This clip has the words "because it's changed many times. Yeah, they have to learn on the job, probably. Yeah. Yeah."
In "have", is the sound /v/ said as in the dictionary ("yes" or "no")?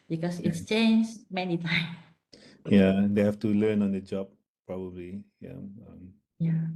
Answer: no